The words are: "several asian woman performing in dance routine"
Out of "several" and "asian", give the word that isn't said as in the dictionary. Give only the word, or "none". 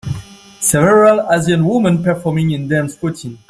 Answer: asian